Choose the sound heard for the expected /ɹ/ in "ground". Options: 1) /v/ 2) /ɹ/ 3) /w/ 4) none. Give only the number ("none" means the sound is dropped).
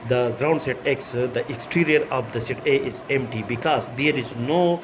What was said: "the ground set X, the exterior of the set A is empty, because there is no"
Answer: 2